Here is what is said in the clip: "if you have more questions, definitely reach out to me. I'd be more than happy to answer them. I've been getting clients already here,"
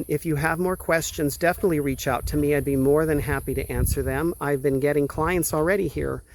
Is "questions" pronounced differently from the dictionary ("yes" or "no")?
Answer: no